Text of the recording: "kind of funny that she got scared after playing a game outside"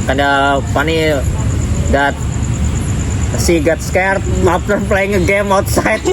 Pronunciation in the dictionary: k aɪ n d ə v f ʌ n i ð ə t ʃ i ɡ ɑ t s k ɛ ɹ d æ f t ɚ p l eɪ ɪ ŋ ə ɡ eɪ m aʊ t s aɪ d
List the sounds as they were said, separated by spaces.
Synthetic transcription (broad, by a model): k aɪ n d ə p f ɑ n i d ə t s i ɡ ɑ t s k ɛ ɹ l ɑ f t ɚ p l eɪ ɪ ŋ ə ɡ eɪ m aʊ t s aɪ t